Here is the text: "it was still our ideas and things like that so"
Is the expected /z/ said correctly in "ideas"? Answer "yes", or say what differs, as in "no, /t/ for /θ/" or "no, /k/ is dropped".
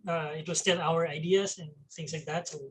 no, /s/ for /z/